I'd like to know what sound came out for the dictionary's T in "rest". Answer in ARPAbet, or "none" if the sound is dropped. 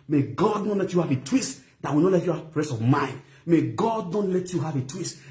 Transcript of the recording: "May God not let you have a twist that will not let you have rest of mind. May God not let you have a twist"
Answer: none